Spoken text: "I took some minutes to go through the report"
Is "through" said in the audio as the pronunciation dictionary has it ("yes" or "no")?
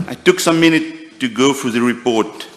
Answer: no